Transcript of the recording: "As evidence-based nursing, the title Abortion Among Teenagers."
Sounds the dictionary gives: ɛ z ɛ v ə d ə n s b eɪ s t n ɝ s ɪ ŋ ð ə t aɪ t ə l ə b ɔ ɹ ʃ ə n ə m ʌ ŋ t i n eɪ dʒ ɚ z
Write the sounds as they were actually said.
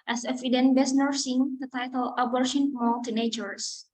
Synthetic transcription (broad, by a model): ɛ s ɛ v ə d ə n b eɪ s n ɝ s ɪ ŋ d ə t aɪ t ə l ə b ɔ ɹ ʃ ə n m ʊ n t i n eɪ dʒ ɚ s